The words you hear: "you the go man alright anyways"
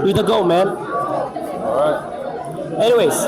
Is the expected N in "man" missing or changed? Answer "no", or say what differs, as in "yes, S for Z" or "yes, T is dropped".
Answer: no